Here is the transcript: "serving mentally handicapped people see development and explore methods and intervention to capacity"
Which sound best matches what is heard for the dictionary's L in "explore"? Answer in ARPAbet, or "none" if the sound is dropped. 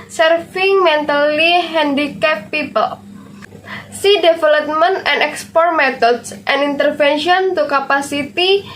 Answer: none